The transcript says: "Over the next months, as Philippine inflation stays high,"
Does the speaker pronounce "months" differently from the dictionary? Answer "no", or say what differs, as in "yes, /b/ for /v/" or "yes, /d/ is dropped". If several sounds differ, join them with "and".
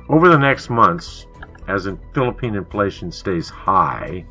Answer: no